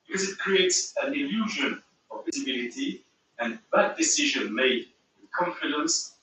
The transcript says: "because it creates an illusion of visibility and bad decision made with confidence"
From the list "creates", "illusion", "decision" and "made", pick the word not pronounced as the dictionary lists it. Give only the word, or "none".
none